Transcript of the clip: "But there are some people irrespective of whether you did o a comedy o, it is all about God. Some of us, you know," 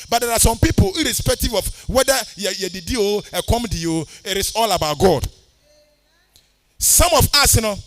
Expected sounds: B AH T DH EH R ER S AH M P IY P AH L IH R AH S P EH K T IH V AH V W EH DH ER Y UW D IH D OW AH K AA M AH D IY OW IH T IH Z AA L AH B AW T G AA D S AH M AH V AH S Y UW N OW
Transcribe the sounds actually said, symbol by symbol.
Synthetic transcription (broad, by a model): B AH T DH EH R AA S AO M P IY P AH L IH R AH S P EH K T IH V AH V W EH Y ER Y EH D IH D OW AH K AA M AH D IY OW IH T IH S AA L AH B AW T G AA D S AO M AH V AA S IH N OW